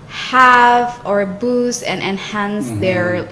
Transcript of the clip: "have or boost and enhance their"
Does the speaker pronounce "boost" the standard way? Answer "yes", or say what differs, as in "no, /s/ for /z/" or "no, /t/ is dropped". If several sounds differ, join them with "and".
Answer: no, /t/ is dropped